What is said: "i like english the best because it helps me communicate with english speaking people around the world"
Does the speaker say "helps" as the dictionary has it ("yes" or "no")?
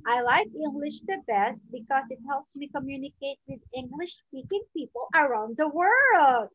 yes